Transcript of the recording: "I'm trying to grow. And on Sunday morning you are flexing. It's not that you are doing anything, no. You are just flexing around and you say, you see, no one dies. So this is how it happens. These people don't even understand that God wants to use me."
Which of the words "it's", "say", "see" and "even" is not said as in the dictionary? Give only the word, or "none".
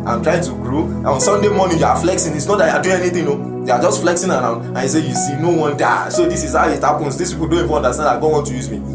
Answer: even